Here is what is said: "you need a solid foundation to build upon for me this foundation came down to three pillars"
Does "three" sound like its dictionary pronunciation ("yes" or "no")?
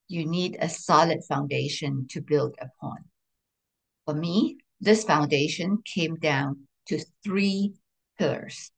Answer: yes